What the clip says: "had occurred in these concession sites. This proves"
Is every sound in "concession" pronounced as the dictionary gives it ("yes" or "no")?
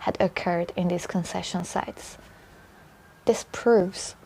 yes